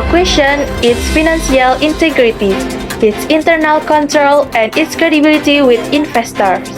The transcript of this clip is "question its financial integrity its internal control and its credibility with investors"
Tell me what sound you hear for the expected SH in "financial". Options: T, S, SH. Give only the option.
S